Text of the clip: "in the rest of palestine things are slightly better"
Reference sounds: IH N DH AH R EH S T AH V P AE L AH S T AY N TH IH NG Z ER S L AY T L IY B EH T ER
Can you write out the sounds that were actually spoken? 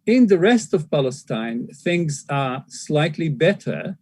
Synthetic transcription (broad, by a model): IH N DH AH R EH S T AH V P AE L AH S T AY N TH IH NG Z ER S L AY T L IY B EH T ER